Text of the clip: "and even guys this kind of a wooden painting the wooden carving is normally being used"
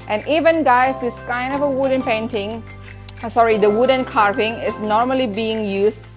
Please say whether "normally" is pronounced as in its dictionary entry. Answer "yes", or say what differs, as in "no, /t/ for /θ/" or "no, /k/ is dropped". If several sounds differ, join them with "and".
yes